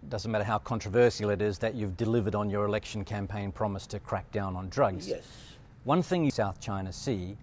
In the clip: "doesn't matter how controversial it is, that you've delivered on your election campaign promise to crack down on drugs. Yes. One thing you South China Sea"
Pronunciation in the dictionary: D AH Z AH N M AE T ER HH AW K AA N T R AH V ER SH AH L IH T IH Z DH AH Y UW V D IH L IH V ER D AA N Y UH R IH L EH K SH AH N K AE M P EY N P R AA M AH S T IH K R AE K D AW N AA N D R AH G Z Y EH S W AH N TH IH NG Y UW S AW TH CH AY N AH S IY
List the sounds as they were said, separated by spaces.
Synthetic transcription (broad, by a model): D AH Z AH N M AE T ER HH AW K AA N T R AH V ER S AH L IH T IH Z DH AH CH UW V D IH L IH V ER D N Y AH R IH L EH K SH N K AE M P EY N P R AA M AH S T IH K R AE K D AW N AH N D R AH G Z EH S W AH N TH IH NG Y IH S AW TH CH AY N AH S IY